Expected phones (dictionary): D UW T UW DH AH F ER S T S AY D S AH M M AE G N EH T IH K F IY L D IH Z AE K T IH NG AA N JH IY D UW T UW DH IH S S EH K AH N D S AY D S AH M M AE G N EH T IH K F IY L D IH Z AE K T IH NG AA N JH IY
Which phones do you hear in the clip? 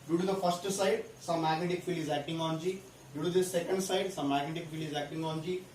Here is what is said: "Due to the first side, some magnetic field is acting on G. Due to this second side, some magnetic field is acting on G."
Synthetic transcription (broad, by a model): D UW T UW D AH P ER S T S AY D S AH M M AE G N EH T IH K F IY L IH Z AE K T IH NG AA N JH IY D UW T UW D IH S S EH K AH N D S AY D S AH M M AE G N EH T IH K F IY L IH Z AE K T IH NG AA N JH IY